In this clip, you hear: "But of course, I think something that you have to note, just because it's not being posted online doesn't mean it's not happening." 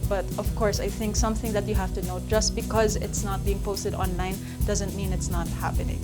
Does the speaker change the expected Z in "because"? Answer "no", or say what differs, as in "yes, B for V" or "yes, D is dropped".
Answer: no